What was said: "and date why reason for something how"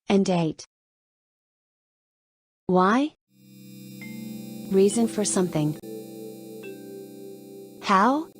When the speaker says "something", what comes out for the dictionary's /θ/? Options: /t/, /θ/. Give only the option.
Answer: /θ/